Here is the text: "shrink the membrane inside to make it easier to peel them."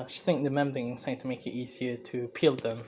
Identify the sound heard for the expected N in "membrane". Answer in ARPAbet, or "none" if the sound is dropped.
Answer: none